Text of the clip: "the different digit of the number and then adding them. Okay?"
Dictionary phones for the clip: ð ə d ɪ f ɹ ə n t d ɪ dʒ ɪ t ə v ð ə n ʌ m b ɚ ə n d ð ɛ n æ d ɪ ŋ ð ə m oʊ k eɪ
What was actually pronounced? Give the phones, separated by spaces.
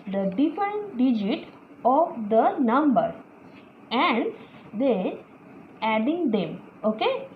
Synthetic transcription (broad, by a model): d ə d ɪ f ə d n d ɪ dʒ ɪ t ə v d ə n ʌ m b ɚ ə n d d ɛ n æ d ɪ ŋ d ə m oʊ k eɪ